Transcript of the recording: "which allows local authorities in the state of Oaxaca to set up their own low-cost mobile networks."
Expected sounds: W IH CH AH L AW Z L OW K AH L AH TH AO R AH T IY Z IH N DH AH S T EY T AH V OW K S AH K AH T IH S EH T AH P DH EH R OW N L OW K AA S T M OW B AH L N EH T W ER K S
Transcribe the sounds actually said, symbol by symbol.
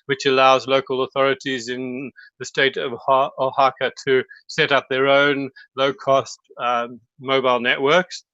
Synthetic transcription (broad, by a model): W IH CH AH L AW Z L OW K AH L AH TH AO R AH T IY Z IH N DH AH S T EY T AH V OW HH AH K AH T IH S EH T AH P DH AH R OW N L OW K AA S T M OW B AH L N EH T W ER K S